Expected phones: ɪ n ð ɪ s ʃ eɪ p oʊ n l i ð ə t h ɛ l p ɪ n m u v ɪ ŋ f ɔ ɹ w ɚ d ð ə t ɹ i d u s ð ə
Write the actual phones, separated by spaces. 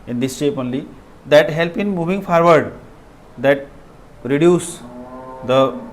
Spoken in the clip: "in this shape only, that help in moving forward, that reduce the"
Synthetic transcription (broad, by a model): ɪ n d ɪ s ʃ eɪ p oʊ n l i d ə t h ɛ l p ɪ n m u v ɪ ŋ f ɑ ɹ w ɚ d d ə t ɹ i d u s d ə